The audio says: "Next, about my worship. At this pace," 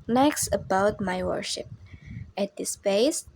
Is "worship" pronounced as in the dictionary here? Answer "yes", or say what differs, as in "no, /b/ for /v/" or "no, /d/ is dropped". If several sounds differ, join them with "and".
yes